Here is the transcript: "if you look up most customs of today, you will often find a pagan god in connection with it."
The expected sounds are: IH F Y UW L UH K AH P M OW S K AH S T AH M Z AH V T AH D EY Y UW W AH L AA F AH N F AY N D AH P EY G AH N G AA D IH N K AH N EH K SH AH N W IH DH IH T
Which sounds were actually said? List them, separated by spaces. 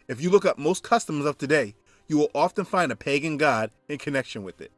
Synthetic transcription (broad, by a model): IH F Y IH L UH K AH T M OW S K AH S T AH M Z AH V T AH D EY Y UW W AH L AA F AH N F AY N D AH P EY G AH N G AA D IH N K AH N EH K SH AH N W IH DH IH T